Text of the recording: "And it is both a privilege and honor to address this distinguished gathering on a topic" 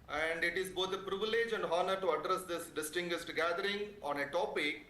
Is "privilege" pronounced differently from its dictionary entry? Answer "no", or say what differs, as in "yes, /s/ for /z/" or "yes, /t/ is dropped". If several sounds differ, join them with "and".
no